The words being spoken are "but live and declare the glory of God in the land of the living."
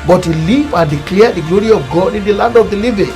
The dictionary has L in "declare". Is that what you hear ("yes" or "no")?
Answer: yes